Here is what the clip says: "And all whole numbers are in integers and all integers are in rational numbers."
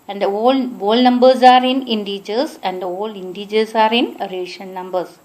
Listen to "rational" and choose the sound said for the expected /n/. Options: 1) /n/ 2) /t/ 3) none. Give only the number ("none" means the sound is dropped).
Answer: 3